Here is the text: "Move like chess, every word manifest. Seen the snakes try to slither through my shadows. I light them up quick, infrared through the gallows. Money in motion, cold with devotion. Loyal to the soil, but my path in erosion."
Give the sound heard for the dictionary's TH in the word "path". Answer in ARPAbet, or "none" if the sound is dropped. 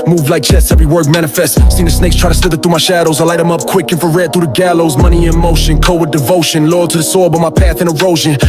TH